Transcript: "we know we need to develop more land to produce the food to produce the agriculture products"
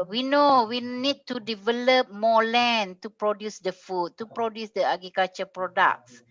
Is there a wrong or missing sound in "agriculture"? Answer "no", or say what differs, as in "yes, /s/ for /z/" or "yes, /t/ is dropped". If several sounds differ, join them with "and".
yes, /ɹ/ is dropped